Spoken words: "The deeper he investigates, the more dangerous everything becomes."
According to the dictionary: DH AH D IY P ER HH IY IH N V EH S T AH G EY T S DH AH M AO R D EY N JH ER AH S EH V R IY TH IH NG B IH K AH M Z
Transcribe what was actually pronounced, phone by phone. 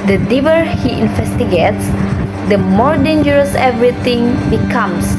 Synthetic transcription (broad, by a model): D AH D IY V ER HH IY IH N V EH S T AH G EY T S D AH M AO R D EY N JH ER AH S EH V R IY T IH NG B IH K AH M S